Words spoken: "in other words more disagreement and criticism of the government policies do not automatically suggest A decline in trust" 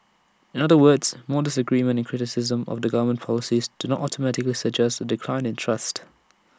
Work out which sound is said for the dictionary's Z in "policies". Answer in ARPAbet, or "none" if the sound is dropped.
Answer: Z